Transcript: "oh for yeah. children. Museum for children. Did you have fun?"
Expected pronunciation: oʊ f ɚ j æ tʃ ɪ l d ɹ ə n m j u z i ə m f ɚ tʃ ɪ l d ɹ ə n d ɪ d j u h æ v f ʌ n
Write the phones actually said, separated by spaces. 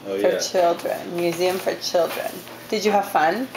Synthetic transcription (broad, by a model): f ɚ tʃ ɪ l d ɹ ə n m j u z i ə m f ɚ tʃ ɪ l d ɹ ə n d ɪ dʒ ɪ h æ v f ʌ n